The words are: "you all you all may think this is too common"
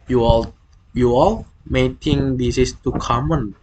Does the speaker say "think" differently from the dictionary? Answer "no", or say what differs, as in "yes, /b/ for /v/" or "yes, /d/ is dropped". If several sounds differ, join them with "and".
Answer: yes, /t/ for /θ/